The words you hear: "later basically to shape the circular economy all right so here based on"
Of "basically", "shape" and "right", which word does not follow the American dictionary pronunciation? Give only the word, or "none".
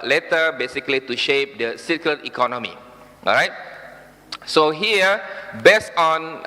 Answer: none